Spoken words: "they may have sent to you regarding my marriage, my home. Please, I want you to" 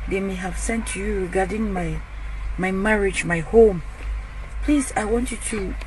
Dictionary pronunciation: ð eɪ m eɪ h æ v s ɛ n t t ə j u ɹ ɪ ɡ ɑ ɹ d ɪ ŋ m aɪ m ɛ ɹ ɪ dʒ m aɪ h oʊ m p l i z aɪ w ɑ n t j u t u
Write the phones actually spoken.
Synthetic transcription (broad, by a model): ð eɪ m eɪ h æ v s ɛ n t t j u ɹ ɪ ɡ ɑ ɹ d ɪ ŋ m aɪ m ɛ ɹ ɪ dʒ m aɪ h oʊ m p l i z aɪ w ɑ n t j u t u